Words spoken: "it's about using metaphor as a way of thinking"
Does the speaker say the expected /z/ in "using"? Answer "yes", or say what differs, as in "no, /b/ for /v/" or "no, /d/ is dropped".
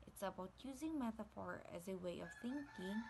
yes